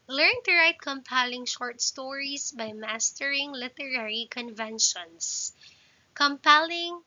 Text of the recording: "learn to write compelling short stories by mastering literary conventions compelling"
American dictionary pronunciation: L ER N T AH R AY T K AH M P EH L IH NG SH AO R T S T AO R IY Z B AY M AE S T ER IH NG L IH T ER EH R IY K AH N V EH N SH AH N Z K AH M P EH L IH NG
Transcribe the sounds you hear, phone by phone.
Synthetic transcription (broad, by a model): L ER N T AH R AY T K AH M P EH L IH NG SH AO R T S T AO R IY S B AY M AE S T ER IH NG L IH T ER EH R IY K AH N V EH N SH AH N S K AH M P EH L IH NG